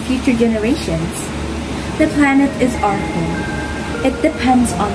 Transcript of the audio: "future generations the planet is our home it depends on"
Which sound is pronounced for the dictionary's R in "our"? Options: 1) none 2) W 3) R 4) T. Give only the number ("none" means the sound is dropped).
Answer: 3